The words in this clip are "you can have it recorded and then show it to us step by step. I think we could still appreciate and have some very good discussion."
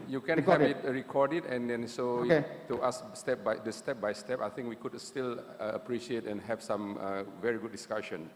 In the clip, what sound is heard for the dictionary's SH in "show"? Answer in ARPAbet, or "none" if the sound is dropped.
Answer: S